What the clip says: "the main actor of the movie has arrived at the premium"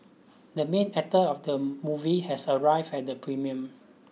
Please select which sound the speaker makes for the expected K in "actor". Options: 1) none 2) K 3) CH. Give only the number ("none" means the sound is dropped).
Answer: 1